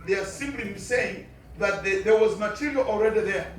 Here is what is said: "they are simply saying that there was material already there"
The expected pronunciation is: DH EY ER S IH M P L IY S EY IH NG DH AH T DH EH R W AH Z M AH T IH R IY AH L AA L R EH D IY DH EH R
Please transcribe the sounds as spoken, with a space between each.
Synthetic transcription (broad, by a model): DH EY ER S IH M B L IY S EY IH NG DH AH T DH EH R W AH Z M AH T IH R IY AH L AA L R EH D IY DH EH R